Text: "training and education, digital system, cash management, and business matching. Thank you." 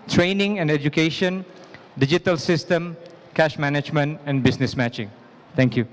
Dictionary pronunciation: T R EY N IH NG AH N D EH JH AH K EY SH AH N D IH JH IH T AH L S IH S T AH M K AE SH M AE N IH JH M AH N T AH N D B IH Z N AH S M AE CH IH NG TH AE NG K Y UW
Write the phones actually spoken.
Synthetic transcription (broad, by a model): T R EY N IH NG AH N D EH JH AH K EY SH AH N D IH JH IH T AH L S IH S T AH M K AE SH M AE N IH JH M AH N T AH N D B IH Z N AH S M AE CH IH NG T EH NG K Y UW